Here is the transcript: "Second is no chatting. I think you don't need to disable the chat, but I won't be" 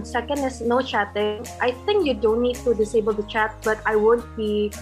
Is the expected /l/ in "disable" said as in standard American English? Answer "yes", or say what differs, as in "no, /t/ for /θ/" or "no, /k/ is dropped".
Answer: yes